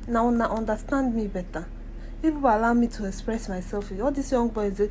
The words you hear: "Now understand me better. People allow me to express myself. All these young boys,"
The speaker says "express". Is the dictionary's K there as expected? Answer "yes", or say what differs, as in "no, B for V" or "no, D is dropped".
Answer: yes